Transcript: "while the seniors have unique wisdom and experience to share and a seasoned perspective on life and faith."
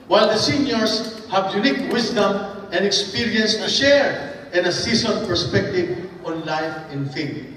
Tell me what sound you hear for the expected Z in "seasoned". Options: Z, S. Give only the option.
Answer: S